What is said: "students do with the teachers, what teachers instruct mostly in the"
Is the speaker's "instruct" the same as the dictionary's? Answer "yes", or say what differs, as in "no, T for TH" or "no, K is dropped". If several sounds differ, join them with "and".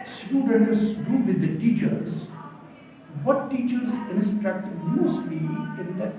yes